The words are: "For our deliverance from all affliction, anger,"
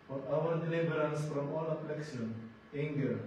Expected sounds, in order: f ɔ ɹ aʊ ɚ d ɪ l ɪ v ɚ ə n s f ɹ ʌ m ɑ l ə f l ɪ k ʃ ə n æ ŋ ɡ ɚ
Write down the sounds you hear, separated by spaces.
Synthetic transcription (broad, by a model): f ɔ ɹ aʊ ɚ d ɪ l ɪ b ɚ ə n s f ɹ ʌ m ɑ l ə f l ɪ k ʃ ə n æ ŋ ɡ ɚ